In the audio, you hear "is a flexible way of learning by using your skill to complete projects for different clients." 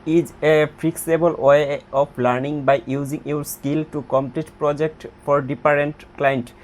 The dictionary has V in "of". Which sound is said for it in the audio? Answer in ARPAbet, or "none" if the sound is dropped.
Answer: P